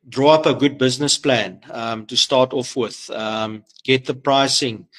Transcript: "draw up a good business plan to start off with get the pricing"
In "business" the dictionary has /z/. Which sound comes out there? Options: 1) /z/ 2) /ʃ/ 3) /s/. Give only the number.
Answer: 1